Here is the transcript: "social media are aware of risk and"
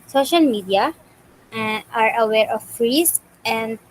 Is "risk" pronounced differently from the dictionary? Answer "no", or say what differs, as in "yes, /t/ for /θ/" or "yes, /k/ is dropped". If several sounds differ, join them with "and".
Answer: yes, /k/ is dropped